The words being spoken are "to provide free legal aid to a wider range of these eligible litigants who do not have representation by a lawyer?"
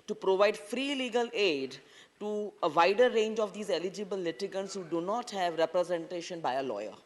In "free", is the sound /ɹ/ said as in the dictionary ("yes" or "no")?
yes